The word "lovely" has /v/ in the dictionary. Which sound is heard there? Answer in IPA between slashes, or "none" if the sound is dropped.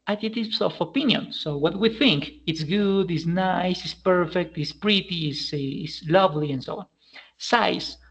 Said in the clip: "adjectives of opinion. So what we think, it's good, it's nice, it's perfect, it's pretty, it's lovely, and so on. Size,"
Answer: /v/